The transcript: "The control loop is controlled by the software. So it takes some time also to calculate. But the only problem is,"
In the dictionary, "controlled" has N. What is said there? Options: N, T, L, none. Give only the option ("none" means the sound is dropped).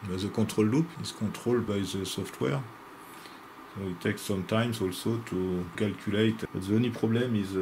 none